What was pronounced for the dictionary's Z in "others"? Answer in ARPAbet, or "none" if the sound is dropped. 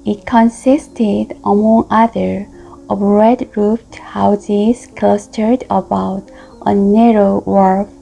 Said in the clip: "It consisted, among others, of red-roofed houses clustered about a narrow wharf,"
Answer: none